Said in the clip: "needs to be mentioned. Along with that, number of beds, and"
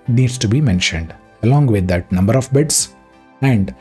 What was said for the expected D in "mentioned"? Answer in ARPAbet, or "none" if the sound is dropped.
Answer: D